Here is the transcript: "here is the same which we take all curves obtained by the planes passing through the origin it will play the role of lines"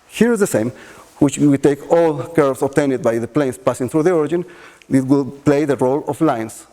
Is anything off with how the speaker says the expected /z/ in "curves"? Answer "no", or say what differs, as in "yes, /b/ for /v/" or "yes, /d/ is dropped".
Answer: yes, /s/ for /z/